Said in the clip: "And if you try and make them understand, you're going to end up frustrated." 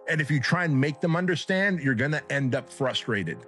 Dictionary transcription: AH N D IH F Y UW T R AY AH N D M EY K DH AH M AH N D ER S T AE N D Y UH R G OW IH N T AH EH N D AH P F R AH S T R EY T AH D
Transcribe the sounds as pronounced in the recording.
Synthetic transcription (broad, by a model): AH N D IH F Y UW T R AY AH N M EY K DH AH M AH N D ER S T AE N D Y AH R G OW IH N T EH N D AH P F R AH S T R EY T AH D